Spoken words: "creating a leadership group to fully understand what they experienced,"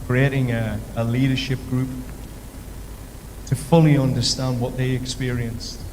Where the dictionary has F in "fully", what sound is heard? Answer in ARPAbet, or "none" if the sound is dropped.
F